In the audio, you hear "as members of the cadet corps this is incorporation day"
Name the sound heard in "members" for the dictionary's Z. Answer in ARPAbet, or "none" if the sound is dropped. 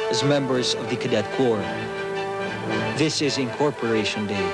Z